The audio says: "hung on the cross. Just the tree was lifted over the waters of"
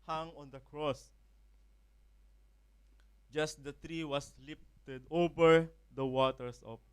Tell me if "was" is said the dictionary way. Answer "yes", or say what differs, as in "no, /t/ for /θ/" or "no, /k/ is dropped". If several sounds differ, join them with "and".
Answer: no, /s/ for /z/